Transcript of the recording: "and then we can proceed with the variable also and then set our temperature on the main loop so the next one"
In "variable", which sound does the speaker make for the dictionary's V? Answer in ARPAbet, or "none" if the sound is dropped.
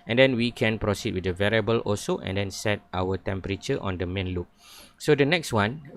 V